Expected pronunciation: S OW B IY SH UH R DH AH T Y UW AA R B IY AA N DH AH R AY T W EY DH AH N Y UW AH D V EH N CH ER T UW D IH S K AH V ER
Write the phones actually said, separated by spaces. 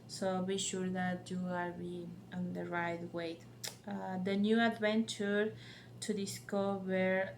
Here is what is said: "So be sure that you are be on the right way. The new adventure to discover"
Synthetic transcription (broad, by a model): S OW B IY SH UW R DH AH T Y UW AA L B IY AA N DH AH R AY T W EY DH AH N Y UW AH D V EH N CH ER T UW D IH S K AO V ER